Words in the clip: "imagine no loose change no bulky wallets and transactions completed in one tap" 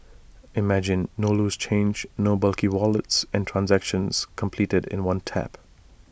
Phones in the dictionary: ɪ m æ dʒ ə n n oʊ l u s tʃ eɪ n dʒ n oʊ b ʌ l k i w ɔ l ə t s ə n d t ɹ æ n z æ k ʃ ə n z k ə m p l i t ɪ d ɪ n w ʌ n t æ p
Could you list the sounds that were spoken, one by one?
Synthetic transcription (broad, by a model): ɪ m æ dʒ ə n n oʊ l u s tʃ eɪ n dʒ n oʊ b ʌ l k i w ɔ l ə t s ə n t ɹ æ n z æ k ʃ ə n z k ə m p l i t ɪ d ɪ n w ʌ n t æ p